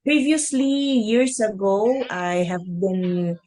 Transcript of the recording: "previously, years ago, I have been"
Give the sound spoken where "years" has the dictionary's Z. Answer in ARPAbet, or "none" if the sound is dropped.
S